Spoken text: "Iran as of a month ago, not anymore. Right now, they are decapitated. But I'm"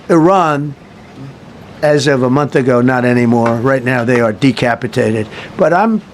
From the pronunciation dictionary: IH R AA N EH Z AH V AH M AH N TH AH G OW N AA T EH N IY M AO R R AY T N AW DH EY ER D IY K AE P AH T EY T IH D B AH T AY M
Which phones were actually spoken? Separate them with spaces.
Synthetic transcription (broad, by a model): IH R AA N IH Z AH V AH M AH N TH AH G OW N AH T EH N IY M AO R R AY T N AW DH EY ER D IY K AE P AH T EY T IH D B AH T AY M